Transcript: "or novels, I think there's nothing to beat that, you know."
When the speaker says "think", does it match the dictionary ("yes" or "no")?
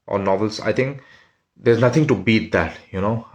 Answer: no